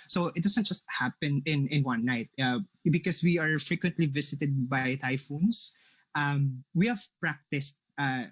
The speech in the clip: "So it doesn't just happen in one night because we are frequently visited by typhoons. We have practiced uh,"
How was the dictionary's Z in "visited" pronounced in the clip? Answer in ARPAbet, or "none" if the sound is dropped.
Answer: S